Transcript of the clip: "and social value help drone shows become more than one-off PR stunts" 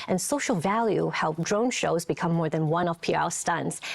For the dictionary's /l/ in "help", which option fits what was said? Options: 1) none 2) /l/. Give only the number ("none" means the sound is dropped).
2